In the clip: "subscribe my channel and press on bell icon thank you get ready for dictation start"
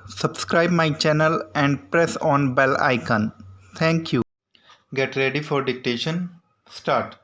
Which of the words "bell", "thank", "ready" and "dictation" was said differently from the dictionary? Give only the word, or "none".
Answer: thank